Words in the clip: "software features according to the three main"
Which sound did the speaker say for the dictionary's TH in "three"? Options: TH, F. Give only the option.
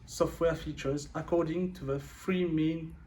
F